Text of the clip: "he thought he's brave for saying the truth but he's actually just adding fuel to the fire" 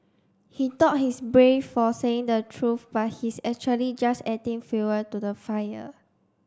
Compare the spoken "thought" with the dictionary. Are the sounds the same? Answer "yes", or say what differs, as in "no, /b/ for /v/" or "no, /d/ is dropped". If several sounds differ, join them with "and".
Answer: no, /t/ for /θ/